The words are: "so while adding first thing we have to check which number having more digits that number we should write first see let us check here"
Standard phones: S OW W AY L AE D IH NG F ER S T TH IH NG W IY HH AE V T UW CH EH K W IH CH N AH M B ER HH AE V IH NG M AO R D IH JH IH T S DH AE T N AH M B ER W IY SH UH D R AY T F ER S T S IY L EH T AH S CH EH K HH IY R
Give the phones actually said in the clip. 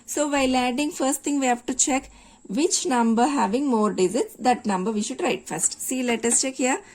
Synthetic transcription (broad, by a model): S OW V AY L AE D IH NG F ER S T T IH NG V IY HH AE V T UW CH EH K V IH CH N AH M B ER HH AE V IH NG M AO R D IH Z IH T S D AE T N AH M B ER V IY SH UH D R AY T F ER S T S IY L EH T AH S CH EH K HH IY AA